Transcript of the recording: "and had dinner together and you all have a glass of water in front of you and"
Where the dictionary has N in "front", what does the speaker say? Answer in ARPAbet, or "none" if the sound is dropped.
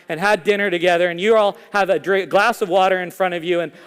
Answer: none